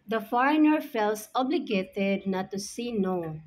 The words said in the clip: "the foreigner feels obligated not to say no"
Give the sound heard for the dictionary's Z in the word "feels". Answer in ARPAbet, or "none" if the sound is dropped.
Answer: S